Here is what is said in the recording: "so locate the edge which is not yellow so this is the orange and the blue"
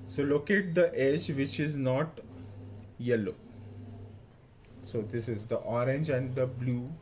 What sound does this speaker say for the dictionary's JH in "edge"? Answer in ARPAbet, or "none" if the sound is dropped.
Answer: JH